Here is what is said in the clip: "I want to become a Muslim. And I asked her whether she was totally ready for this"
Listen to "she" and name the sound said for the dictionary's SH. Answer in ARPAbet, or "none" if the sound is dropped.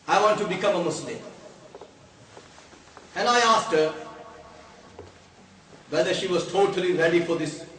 SH